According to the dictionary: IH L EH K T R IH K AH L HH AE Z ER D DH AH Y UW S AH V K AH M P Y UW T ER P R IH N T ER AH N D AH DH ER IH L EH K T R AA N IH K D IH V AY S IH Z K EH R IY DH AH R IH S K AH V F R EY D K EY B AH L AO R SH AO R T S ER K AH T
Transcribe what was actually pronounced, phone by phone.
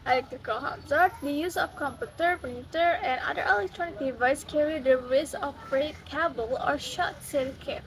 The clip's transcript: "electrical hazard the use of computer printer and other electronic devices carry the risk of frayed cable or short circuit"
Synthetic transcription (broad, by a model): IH L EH K T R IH K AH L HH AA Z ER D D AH Y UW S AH F K AH M P Y UW T ER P IH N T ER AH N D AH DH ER IH L EH K T R AA N IH K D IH V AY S K EH R IY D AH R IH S AH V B R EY K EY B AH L AO R SH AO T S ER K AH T